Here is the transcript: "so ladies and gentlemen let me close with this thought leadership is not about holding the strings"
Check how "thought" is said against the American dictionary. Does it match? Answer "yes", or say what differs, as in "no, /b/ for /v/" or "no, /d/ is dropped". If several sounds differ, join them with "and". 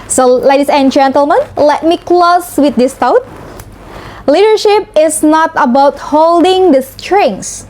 no, /t/ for /θ/